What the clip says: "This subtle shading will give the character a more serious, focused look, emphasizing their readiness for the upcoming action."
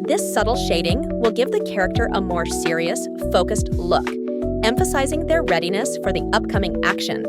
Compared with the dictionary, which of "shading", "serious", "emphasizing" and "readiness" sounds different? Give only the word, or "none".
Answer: none